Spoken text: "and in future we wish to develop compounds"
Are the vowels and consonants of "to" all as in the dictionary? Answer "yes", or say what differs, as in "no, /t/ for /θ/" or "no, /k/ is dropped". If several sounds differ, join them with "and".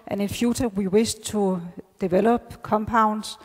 no, /s/ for /t/